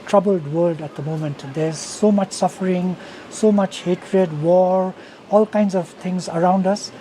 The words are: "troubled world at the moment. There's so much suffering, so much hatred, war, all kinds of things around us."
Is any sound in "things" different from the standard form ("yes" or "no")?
yes